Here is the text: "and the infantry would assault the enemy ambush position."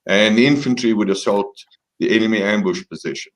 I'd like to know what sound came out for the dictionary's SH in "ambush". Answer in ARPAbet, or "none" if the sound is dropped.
SH